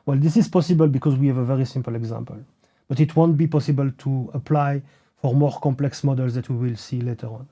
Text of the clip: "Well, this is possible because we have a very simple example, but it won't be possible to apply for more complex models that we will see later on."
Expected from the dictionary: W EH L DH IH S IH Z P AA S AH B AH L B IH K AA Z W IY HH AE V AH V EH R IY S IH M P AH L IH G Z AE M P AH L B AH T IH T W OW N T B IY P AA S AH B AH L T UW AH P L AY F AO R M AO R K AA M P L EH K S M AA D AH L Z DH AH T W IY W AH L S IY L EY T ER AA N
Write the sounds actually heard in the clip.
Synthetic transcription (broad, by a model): W EH L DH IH S IH Z P AA S AH B AH L B IH K AA Z W IY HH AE V AH V EH R IY S IH M P AH L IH G Z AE M P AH L B AH T IH T W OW N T B IY P AA S AH B AH L T UW AH P L AY F AO R M AO R K AA M P L EH K S M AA D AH L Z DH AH T W IY W AH L S IY L EY T ER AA N